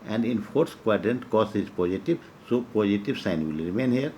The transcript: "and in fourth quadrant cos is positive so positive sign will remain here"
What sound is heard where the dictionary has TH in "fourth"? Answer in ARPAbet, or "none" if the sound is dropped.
S